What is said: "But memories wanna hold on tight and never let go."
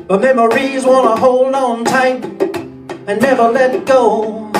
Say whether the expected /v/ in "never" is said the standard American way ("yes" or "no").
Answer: no